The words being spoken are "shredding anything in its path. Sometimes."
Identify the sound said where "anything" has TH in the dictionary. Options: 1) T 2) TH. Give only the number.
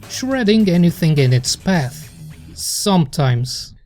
2